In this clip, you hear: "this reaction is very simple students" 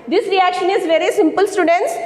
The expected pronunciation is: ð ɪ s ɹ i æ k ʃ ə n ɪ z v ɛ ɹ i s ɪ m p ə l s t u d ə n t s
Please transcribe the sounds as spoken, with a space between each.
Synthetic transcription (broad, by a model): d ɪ s ɹ i æ k ʃ ə n ɪ z v ɛ ɹ i s ɪ m p ə l s t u d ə n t s